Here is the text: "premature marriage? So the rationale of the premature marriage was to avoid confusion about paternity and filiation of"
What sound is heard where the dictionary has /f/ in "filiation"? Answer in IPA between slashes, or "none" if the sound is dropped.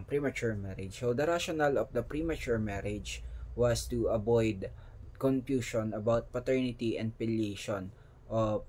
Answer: /p/